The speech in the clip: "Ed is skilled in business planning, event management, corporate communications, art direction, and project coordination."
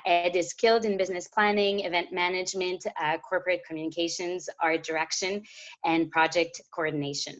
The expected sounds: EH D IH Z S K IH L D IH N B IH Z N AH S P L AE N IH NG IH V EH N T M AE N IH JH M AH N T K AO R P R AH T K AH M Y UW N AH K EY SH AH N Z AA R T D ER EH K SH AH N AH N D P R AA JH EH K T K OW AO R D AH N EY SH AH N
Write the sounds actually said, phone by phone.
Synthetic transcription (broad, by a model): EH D IH Z K IH L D IH N B IH Z N AH S P L AE N IH NG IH V EH N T M AE N IH JH M AH N T K AO R P R AH T K AH M Y UW N AH K EY SH AH N Z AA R D ER EH K SH AH N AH N P R AA JH EH K T K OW AO R D N EY SH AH N